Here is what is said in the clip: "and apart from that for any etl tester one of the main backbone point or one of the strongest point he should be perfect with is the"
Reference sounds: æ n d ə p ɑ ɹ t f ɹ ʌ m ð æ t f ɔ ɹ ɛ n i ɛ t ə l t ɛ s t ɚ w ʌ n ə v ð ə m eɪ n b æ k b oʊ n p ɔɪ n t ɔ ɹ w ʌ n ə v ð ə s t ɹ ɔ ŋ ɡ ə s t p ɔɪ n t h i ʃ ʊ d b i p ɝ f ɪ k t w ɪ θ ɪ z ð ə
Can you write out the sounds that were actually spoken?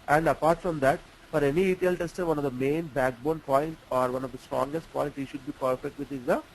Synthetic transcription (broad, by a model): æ n d ə p ɑ ɹ t f ɹ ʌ m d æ t f ɔ ɹ ɛ n i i t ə l t ɛ s t ɚ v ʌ n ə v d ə m eɪ n b æ k b oʊ n p ɔɪ n t ɔ ɹ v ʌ n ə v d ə s t ɹ ɔ ŋ ɡ ə s t p ɔɪ n t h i ʃ ʊ d b i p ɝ f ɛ k t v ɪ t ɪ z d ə